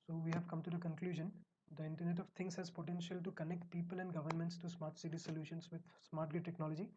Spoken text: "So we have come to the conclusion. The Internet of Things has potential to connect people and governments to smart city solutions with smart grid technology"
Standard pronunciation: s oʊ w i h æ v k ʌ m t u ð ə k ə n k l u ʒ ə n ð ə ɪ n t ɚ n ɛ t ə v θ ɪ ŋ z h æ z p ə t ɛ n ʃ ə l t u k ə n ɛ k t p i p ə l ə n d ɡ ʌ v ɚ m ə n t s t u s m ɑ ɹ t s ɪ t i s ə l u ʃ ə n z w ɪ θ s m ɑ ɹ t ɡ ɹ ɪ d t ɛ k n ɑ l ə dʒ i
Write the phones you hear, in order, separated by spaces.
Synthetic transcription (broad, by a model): s oʊ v i h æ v k ʌ m t u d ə k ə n k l u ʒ ə n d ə ɪ n t ɚ n ɛ t ə v t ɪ ŋ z h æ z p ə t ɛ n ʃ ə l t u k ə n ɛ k t p i p ə l ə n d ɡ ʌ v ɚ m ə n t s t u s m ɑ ɹ t s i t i s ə l u ʃ ə n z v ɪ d s m ɑ ɹ t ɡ ɪ t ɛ k n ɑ l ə dʒ i